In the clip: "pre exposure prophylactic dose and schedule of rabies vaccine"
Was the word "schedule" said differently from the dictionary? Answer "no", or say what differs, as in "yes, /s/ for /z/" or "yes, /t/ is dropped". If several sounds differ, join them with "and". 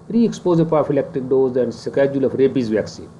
no